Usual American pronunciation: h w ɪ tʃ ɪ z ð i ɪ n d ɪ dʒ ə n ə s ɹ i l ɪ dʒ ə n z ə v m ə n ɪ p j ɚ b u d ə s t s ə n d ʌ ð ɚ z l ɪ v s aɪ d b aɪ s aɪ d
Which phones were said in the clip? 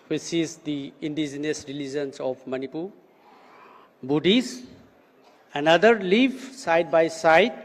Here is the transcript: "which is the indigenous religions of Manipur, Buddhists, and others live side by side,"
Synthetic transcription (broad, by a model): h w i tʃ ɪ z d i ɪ n d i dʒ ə n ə s ɹ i l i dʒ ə n s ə p m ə n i p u b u d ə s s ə n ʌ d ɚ l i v s aɪ d b aɪ s aɪ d